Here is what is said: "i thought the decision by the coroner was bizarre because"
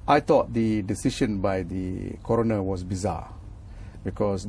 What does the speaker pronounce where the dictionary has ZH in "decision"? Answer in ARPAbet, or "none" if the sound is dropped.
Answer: SH